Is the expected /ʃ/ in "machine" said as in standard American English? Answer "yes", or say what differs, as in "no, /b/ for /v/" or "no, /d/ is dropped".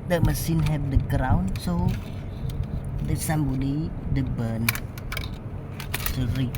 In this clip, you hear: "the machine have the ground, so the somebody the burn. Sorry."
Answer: no, /s/ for /ʃ/